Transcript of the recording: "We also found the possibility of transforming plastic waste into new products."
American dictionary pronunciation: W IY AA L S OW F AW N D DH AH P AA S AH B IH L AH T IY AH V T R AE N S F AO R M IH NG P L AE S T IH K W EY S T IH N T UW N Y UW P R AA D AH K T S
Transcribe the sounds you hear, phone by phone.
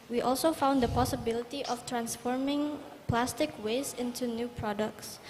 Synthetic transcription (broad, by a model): W IY AA L S OW F AW N D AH P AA S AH B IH L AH T IY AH F T R AE N S F AO R M IH NG P L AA S T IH K W EY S IH N T UW N Y UW P R AA D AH K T S